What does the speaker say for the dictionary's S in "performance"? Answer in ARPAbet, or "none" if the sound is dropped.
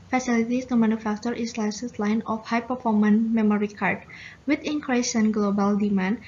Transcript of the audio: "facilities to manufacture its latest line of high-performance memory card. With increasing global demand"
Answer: none